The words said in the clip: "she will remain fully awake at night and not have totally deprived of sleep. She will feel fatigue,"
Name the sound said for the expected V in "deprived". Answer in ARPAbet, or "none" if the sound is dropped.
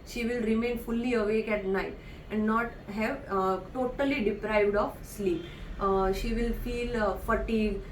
V